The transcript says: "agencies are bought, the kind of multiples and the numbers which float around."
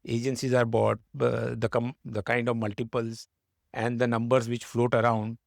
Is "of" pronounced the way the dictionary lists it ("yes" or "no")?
yes